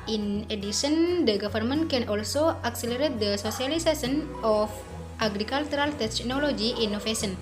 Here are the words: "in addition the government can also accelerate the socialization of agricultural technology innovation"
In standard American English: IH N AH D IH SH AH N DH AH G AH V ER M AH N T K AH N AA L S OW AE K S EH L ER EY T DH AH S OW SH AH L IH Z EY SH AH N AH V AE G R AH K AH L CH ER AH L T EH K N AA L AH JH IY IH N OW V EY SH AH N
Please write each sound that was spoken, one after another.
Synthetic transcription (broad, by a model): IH N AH D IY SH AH N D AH G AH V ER M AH N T K AH N AA L S OW AE K S EH L ER EY T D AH S OW S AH L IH S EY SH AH N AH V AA G R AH K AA L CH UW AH L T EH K N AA L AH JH IY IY N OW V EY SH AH N